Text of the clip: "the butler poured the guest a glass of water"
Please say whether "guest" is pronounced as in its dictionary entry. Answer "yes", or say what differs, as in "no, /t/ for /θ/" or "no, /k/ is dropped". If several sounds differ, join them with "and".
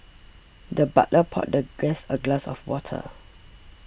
no, /t/ is dropped